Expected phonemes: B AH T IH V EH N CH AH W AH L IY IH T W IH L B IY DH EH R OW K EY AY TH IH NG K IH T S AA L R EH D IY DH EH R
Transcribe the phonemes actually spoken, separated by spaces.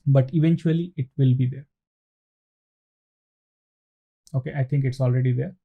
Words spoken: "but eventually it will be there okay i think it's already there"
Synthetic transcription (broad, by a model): B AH T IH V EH N CH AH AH L IY IH T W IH L B IY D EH R OW K EY AY T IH NG K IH T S AA L R EH D IY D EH R